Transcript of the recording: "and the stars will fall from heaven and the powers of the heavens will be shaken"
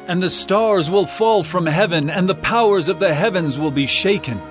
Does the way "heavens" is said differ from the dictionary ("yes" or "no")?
no